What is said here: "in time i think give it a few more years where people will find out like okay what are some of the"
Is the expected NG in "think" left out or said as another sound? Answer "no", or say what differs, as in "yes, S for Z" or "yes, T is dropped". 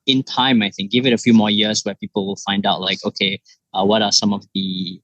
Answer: no